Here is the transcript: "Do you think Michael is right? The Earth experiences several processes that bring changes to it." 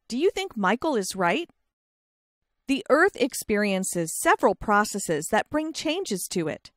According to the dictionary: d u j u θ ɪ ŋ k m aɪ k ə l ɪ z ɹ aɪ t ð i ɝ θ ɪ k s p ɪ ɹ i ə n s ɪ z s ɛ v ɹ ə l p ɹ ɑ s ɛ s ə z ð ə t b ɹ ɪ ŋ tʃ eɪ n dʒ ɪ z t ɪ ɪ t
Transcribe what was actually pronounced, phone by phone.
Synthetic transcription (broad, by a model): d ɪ j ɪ θ ɪ ŋ k m aɪ k l ɪ z ɹ aɪ t ð i ɝ θ ɪ k s p ɪ ɹ i ə n s ɪ z s ɛ v ɹ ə l p ɹ ɑ s ɛ s ə z ð ə t b ɹ ɪ ŋ tʃ eɪ n dʒ ɪ z t ɪ ɪ t